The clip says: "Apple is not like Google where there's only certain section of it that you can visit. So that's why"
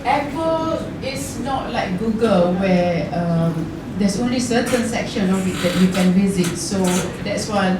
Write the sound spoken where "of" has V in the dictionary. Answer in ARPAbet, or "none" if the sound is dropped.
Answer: W